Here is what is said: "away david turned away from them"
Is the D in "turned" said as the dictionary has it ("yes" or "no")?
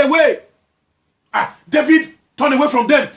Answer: no